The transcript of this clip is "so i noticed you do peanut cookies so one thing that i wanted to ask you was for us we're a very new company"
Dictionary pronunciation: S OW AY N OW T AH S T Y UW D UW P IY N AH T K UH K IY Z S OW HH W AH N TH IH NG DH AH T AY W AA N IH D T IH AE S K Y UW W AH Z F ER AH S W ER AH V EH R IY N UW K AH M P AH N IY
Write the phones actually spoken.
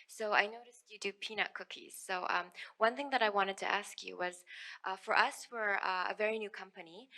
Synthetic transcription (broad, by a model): S OW AY N OW T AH S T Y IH D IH P IY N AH K UH K IY Z S OW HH W AH N TH IH NG DH AH T AY W AA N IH D T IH AE S K Y UW W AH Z F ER AH S W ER AH V EH R IY N UW K AH M P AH N IY